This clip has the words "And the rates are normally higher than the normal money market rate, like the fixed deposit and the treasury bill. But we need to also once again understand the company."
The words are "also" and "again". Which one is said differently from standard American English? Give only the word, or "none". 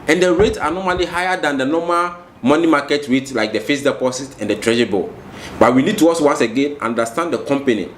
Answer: also